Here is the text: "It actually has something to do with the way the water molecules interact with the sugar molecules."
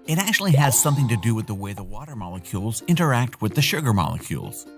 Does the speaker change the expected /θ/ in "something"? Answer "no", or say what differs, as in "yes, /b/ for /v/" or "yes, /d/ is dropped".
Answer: no